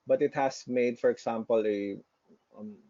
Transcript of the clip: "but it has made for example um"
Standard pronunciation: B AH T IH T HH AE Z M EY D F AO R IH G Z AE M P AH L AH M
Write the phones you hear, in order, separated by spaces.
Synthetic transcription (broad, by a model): B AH T IH T HH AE S M EY D F AO R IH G S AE M P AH L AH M